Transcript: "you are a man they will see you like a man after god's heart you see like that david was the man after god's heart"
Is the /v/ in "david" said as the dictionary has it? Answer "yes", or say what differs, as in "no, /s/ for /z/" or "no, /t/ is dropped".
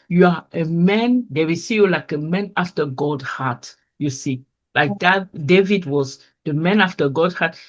yes